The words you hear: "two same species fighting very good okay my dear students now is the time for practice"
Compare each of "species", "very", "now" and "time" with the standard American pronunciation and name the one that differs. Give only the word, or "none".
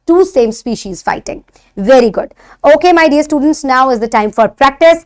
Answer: none